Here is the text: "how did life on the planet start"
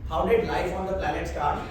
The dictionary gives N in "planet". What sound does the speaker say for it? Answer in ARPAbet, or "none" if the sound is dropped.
L